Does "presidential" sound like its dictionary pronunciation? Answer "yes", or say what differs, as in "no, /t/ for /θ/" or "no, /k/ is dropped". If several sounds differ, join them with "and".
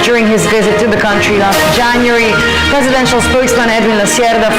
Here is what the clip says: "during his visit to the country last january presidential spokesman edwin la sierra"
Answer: yes